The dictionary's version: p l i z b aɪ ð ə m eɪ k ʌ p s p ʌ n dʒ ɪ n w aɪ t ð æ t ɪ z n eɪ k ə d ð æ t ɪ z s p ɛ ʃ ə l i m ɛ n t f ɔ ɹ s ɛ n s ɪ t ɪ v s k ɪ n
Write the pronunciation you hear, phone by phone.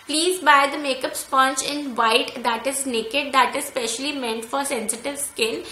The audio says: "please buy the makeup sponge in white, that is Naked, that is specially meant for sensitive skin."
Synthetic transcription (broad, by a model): p l i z b aɪ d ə m eɪ k ʌ p s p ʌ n tʃ ɪ n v aɪ t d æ t ɪ z n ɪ k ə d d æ t ɪ z s p ɛ ʃ ə l i m ɛ n t f ɔ ɹ s ɛ n s ɪ t ɪ v s k ɪ n